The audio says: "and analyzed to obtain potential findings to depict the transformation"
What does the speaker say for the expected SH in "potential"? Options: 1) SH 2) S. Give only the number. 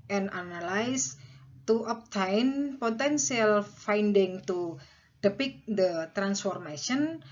2